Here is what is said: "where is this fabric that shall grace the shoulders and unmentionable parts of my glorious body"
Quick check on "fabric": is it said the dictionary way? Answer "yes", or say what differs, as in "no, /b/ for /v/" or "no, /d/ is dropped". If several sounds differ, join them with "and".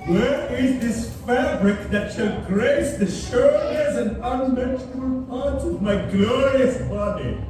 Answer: yes